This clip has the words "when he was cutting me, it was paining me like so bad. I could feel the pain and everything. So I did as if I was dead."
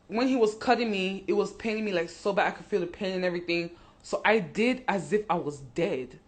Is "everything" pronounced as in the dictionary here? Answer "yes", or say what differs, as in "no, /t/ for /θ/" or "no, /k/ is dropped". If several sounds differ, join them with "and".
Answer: yes